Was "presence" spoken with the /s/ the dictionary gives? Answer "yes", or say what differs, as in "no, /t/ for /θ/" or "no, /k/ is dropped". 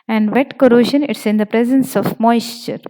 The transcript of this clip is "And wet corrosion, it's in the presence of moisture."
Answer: yes